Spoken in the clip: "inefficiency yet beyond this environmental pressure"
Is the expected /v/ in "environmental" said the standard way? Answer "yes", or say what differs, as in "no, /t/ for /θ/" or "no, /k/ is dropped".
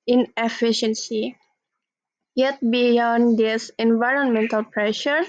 yes